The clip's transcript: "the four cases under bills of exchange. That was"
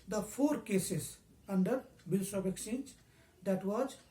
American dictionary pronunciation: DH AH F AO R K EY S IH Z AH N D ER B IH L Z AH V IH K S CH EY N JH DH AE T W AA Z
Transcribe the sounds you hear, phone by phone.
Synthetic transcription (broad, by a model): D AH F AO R K EY S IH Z AH N D ER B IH L S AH B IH K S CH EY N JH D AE T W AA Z